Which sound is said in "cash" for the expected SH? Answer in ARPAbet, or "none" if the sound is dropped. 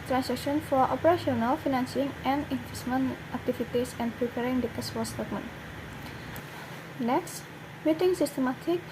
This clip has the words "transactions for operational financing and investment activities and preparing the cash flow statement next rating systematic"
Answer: S